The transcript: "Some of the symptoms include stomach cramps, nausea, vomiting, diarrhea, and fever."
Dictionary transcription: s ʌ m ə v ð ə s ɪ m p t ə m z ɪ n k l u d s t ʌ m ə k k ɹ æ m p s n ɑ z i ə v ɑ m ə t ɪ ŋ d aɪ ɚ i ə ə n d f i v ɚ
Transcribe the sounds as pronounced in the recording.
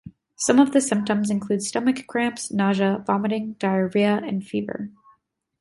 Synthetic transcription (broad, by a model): s ʌ m ə v ð ə s ɪ m p t ə m z ɪ n k l u d s t ʌ m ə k k ɹ æ m p s n ɑ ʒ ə v ɑ m ə t ɪ ŋ d aɪ ɚ i ə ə n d f i v ɚ